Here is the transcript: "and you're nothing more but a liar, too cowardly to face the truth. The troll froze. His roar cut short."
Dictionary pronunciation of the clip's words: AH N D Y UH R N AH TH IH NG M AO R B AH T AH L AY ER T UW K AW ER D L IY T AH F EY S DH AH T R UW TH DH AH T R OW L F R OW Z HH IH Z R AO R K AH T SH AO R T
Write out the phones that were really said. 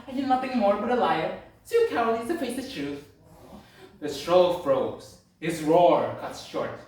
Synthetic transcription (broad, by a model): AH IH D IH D N AH TH IH NG M AO R B AH T AH L AY ER S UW K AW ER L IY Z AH F EY S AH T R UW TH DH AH T R OW L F R OW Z HH IH Z R AO R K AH T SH AO R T